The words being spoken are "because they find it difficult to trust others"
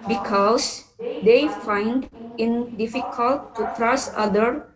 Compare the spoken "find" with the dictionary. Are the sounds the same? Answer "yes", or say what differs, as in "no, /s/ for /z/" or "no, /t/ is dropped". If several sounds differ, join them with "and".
yes